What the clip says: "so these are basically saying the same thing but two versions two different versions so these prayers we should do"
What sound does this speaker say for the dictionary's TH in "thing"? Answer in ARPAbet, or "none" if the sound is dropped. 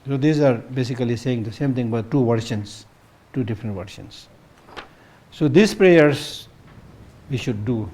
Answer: T